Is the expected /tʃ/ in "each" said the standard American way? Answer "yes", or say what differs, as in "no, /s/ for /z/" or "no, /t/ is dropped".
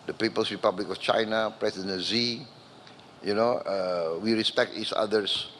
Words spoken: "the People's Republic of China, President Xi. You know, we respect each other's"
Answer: no, /s/ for /tʃ/